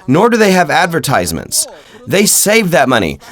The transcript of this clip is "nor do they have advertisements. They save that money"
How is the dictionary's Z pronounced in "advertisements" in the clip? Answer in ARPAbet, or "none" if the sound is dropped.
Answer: Z